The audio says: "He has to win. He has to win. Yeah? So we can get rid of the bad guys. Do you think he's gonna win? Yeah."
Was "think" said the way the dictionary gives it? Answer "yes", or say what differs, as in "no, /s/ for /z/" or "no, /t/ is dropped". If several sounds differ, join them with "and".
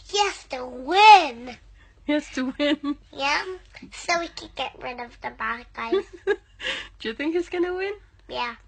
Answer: yes